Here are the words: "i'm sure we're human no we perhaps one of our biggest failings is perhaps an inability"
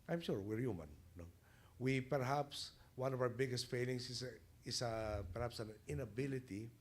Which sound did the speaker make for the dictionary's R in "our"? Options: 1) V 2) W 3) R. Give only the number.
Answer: 2